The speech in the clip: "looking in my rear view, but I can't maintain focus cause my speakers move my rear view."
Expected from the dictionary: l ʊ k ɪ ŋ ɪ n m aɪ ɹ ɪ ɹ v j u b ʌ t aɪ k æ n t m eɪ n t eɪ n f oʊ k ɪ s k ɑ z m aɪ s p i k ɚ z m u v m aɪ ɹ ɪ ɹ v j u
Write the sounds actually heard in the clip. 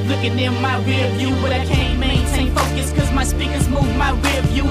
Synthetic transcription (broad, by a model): l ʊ k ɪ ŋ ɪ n m aɪ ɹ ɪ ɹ v j u b ʌ t aɪ k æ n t m eɪ n t eɪ n f oʊ k ɪ s k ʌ z m aɪ s p i k ɚ z m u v m aɪ ɹ ɪ ɹ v j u